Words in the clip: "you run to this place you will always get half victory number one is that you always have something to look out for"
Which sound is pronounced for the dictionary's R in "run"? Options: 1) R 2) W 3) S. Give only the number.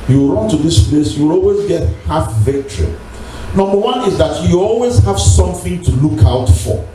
1